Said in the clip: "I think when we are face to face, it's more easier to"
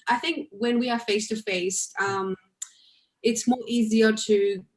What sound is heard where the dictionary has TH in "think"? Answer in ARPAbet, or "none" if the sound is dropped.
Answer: TH